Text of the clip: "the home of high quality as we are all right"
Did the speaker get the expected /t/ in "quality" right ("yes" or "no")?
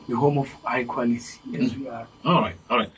no